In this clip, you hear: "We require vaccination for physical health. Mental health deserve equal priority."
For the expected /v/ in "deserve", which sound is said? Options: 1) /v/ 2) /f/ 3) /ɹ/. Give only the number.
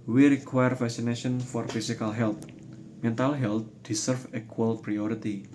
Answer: 2